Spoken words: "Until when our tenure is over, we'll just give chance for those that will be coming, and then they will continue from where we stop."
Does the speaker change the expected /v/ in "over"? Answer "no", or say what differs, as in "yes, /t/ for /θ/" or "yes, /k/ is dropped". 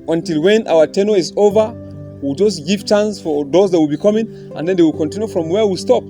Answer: no